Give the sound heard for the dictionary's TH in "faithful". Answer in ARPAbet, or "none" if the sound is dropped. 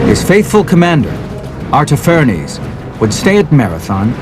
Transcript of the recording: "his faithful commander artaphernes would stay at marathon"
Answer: TH